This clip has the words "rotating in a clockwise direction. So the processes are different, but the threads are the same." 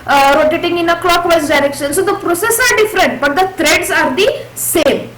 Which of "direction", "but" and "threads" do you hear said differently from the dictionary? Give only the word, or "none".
threads